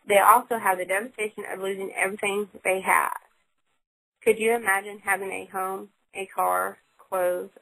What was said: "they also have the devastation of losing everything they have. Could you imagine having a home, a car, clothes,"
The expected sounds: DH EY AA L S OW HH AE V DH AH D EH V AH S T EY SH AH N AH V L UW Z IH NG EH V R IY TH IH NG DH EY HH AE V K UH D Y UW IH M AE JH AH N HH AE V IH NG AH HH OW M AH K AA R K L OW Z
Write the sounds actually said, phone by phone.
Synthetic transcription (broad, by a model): DH EY AA L S OW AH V DH AH D EH V AH S T EY SH AH N AH V L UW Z IH NG EH V R IY TH IH NG DH EY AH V K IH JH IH IH M AE JH AH N HH AE V IH NG AH HH OW M AH K AA R K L OW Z